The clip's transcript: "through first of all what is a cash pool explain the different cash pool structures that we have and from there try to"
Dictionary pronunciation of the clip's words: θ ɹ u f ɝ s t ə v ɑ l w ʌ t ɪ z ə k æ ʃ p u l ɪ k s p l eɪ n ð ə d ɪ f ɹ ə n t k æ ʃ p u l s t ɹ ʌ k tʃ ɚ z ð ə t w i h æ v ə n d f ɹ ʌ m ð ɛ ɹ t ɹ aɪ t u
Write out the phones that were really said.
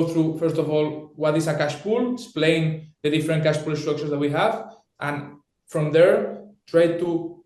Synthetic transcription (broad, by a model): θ ɹ u f ɝ s t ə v ɑ l w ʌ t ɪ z ə k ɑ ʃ p u l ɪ s p l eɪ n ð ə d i f ɹ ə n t k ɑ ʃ p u l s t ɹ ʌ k ʃ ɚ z ð ə t w i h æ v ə n f ɹ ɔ m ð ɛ ɹ t ɹ aɪ t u